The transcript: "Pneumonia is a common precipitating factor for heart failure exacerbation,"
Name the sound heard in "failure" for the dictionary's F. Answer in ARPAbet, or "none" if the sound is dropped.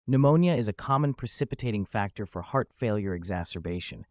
F